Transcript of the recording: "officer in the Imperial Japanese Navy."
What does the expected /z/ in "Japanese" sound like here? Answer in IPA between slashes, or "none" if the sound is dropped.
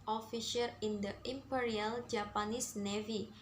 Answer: /s/